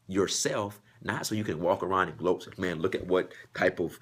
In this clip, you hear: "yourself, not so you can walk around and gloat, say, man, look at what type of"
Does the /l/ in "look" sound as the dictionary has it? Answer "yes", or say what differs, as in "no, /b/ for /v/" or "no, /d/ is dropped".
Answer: yes